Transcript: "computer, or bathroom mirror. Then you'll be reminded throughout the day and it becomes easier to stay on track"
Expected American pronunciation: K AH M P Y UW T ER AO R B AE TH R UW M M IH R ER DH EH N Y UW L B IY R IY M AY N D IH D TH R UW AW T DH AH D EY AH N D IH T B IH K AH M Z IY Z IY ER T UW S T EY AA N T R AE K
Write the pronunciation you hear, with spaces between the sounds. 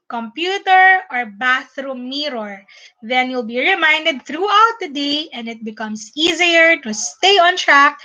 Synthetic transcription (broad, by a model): K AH M P Y UW T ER AO R B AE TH R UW M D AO R DH EH N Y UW L B IY R IY M AY N D IH D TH R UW AW T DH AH D EY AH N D IH T B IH K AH M S IY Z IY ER T UW S T EY AA N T R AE K